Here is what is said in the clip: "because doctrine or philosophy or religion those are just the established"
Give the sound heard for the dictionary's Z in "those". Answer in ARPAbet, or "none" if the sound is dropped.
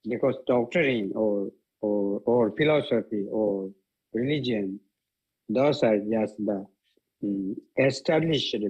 S